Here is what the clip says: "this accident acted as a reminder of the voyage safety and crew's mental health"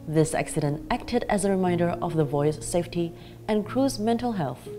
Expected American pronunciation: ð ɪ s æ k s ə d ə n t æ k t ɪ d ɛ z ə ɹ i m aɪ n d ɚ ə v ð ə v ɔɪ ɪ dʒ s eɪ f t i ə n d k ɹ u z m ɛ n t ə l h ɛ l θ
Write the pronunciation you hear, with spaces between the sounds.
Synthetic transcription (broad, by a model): ð ɪ s æ k s ə d ə n t æ k t ɪ d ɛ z ə ɹ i m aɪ n d ɚ ə v ð ə v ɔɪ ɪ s s eɪ f t i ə n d k ɹ u z m ɛ n t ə l h ɛ l θ